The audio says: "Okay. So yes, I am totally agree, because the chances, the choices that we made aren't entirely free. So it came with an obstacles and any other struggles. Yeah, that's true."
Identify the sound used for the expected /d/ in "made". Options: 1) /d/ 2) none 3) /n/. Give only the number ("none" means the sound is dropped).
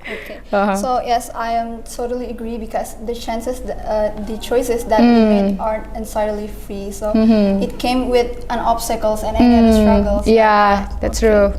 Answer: 2